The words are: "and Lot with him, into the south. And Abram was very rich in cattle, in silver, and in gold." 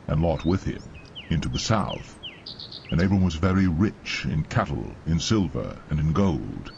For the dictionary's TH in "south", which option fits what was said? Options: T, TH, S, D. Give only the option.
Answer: TH